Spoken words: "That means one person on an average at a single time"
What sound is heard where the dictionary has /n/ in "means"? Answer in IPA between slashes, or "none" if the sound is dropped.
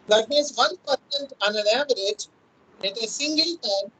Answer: none